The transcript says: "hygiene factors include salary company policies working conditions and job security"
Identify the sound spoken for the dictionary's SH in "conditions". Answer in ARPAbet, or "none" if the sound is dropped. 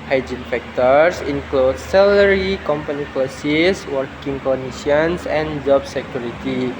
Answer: none